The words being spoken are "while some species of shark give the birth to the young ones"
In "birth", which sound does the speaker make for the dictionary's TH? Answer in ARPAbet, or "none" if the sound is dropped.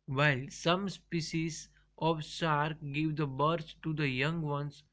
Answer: S